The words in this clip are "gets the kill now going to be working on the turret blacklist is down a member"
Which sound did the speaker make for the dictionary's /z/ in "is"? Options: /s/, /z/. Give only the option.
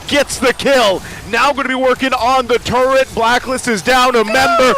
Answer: /z/